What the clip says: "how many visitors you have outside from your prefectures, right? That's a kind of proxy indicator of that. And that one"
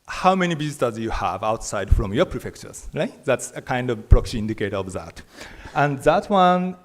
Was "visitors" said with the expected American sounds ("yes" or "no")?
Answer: no